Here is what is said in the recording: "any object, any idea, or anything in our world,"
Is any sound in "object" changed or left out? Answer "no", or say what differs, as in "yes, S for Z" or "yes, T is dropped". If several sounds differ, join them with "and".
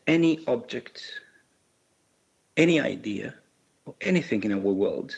no